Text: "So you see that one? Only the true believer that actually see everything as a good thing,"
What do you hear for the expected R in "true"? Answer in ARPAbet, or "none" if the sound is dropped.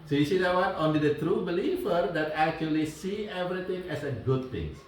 R